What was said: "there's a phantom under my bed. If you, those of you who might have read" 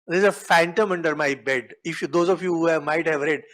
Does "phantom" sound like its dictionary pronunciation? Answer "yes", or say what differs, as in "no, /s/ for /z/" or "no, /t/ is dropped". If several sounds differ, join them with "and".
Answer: yes